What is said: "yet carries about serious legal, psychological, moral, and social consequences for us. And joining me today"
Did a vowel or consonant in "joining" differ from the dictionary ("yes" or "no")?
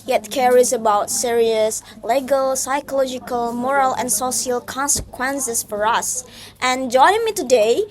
yes